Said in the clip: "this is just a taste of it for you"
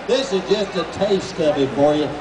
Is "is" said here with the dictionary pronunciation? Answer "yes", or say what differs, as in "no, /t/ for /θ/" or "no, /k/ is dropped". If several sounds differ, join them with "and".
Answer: yes